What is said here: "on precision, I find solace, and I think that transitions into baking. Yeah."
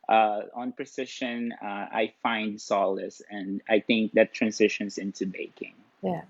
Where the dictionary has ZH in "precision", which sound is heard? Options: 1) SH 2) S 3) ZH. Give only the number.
1